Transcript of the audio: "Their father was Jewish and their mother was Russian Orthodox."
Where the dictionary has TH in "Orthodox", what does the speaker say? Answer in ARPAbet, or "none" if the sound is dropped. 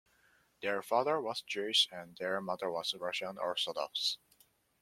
S